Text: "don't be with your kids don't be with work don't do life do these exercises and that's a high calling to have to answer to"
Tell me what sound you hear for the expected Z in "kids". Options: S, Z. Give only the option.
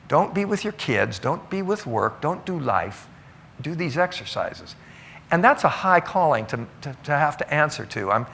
Z